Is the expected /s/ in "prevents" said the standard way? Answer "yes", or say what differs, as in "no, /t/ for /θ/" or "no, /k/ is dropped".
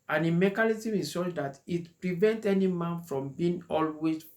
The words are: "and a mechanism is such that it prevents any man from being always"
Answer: no, /s/ is dropped